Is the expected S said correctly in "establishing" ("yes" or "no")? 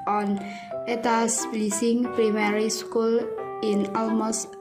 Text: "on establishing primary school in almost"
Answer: no